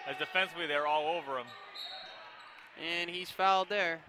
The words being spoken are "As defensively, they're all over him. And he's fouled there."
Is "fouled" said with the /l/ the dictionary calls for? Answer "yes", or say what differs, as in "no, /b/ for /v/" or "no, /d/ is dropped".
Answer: yes